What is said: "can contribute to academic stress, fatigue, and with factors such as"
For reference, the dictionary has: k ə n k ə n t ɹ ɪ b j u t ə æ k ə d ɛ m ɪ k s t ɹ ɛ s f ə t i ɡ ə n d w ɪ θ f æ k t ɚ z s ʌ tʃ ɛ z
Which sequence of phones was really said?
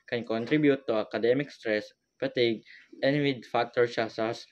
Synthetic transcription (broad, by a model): k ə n k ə n t ɹ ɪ b j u t ə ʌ k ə d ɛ m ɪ k s t ɹ ɛ s p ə t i ɡ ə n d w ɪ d f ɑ k t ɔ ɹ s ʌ s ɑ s